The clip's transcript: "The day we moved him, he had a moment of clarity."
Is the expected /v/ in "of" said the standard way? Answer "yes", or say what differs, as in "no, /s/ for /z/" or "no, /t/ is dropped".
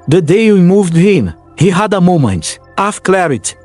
no, /f/ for /v/